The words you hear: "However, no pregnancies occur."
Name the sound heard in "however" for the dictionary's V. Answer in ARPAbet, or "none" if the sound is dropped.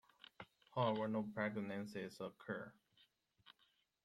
W